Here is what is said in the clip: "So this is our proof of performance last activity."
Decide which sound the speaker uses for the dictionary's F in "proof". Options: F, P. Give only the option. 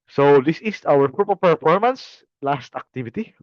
P